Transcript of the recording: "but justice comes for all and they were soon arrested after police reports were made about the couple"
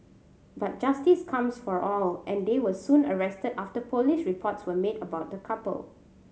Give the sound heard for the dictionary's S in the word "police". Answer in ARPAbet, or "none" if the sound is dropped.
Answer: SH